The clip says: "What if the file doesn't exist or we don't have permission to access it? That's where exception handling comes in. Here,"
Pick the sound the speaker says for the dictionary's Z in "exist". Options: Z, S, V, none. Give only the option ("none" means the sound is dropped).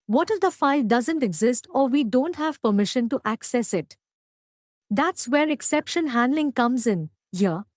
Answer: Z